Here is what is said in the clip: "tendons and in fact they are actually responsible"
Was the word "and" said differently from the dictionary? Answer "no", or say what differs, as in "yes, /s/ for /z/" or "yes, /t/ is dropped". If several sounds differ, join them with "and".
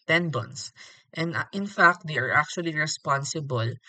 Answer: no